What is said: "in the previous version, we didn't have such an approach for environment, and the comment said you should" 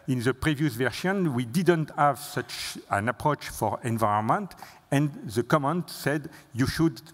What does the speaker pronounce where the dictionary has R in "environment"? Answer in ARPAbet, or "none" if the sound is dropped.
none